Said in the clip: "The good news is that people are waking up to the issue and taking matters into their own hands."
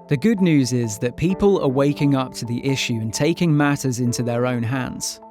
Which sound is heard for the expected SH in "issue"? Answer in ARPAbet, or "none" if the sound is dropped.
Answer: SH